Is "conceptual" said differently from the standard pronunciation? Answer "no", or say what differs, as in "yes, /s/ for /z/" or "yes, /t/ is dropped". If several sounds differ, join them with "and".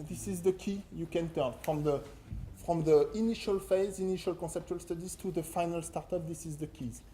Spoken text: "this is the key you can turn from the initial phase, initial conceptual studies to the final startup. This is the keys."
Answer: no